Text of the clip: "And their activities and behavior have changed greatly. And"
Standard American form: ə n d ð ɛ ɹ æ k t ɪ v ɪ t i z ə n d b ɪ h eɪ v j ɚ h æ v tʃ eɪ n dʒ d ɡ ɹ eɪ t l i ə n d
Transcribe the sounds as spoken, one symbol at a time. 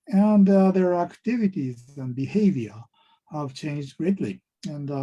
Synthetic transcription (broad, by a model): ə n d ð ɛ ɹ æ k t ɪ v ɪ t i z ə n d b ɪ h eɪ v j ɚ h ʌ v tʃ eɪ n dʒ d ɡ ɹ eɪ t l i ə n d